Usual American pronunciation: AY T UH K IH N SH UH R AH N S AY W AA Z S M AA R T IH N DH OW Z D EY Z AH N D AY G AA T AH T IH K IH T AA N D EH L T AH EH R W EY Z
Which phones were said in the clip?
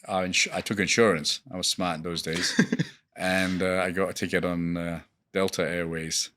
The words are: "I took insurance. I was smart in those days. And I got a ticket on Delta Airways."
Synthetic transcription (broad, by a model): AY T UH K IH N SH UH R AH N S AY W AA Z S M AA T IH N DH OW Z D EY Z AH N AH AY G AA T AH T IH K IH T N D EH L T AH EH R W EY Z